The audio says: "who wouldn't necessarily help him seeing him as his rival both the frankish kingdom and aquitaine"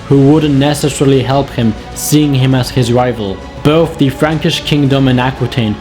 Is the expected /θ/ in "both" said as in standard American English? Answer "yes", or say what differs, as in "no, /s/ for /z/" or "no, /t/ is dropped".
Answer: yes